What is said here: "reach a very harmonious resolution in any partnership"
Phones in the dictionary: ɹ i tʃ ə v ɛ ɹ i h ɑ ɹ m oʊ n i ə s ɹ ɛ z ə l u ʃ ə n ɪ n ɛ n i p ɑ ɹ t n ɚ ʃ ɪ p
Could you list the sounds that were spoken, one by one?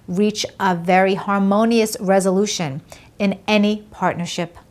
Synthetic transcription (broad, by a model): ɹ i tʃ ə v ɛ ɹ i h ɑ ɹ m oʊ n i ə s ɹ ɛ z ə l u ʃ ə n ɪ n ɛ n i p ɑ ɹ t n ɚ ʃ ɪ p